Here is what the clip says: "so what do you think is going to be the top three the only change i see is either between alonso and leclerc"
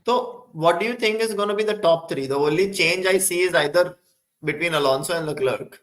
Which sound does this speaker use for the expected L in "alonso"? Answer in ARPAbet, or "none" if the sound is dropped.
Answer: L